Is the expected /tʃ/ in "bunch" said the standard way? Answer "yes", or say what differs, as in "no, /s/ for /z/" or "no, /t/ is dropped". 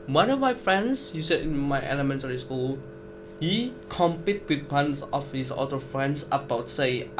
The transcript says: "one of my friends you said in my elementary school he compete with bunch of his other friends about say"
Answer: no, /s/ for /tʃ/